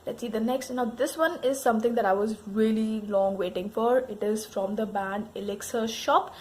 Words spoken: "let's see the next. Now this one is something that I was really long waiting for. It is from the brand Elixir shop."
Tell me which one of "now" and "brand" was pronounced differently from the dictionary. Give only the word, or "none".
brand